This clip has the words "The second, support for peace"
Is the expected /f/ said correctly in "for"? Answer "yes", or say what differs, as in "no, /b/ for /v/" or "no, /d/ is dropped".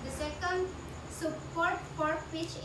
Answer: no, /p/ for /f/